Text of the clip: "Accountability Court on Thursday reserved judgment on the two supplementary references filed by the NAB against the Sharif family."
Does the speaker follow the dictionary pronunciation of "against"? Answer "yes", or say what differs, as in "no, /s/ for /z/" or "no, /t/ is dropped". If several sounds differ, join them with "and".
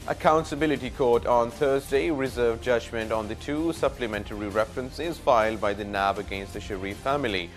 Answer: yes